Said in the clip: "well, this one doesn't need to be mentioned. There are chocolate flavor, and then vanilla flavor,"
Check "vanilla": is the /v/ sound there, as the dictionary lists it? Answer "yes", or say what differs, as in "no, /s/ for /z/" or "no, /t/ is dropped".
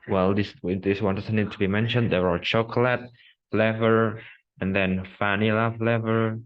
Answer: no, /f/ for /v/